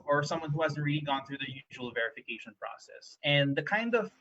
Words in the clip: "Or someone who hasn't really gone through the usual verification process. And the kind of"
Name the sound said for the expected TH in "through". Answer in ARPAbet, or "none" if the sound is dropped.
TH